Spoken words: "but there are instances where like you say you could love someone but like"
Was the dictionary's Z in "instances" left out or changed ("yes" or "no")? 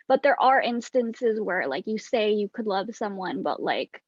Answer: no